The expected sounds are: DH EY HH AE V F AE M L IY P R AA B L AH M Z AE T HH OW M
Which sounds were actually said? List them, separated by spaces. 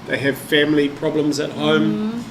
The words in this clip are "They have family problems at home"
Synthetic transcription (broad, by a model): DH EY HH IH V F AE M L IY P R AA B L AH M Z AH T HH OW M